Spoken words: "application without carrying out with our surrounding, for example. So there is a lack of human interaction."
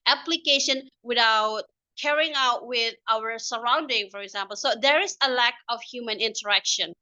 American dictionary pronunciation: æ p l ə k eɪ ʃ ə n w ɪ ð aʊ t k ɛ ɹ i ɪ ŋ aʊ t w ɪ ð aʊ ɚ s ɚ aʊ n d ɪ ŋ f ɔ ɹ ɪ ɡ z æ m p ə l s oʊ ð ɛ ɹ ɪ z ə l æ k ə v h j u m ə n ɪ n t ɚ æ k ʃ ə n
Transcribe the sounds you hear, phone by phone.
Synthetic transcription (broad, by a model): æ p l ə k eɪ ʃ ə n w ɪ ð aʊ t k ɛ ɹ i ɪ ŋ aʊ t w ɪ ð aʊ ɚ s ɚ aʊ n d ɪ ŋ f ɔ ɹ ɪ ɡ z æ m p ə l s oʊ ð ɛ ɹ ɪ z ə l æ k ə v h j u m ə n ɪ n t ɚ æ k ʃ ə n